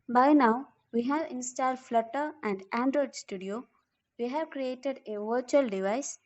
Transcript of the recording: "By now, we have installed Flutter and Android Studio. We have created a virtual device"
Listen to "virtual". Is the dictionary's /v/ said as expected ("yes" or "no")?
yes